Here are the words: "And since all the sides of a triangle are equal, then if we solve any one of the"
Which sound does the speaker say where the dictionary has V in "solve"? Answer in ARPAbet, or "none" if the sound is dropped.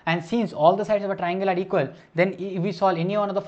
none